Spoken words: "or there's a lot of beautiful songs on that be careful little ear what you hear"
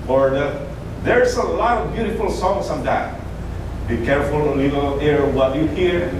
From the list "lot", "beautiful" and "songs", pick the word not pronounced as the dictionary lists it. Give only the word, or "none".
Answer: songs